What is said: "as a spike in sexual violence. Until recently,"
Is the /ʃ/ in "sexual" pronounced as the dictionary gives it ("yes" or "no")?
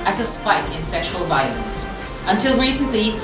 yes